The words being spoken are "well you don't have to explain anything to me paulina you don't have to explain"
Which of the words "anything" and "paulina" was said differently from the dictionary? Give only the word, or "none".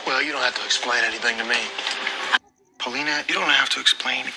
none